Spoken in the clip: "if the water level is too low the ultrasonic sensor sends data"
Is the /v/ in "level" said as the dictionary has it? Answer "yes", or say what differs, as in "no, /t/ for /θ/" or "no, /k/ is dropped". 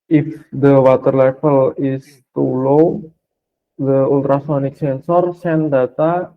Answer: no, /f/ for /v/